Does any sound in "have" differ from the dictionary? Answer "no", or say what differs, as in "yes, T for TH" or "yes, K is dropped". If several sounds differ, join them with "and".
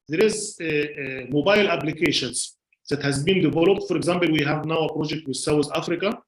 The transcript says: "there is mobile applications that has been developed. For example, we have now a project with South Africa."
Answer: no